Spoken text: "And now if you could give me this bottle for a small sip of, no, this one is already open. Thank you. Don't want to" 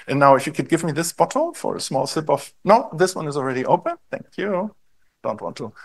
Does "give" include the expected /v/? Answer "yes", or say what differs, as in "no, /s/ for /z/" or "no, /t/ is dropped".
yes